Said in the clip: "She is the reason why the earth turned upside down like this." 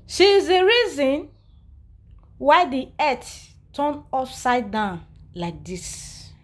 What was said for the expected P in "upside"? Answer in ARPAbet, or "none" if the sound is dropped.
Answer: F